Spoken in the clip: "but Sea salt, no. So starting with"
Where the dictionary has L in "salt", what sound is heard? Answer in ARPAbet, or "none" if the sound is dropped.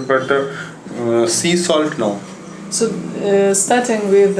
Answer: L